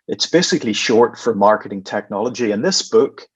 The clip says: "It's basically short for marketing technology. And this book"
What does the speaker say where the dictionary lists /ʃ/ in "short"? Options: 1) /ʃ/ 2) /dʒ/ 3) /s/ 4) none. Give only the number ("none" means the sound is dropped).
1